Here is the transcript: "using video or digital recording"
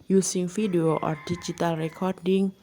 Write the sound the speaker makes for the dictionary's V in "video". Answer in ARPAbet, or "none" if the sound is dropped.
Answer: F